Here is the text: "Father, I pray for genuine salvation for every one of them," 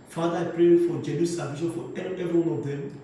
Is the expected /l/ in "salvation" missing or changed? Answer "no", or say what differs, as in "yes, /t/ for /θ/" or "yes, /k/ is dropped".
yes, /l/ is dropped